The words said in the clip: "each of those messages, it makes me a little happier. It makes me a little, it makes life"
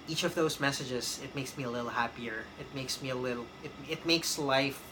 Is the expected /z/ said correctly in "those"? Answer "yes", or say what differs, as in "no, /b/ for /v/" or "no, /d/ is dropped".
yes